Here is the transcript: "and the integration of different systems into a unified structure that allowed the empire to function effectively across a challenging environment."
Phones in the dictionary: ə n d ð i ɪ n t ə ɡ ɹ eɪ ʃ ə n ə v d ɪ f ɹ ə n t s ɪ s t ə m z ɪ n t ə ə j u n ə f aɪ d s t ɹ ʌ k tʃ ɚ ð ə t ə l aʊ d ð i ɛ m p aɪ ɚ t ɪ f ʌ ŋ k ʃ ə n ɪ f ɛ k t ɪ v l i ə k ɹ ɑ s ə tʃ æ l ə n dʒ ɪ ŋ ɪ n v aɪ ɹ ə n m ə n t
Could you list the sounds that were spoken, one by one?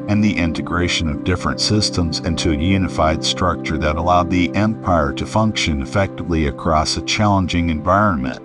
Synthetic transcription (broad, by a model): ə n ð i ɪ n t ə ɡ ɹ eɪ ʃ ə n ə v d ɪ f ɹ ə n t s ɪ s t ə m z ɪ n t ə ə j u n ə f aɪ d s t ɹ ʌ k tʃ ɚ ð ə t ə l aʊ d ð i ɛ m p aɪ ɚ t ɪ f ʌ ŋ k ʃ ə n ɪ f ɛ k t ɪ v l i ə k ɹ ɑ s ə tʃ æ l ə n dʒ ɪ ŋ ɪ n v aɪ ɹ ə n m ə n t